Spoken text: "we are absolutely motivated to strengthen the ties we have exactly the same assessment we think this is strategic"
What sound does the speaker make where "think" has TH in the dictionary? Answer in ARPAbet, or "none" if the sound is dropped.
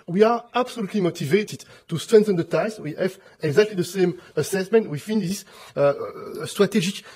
F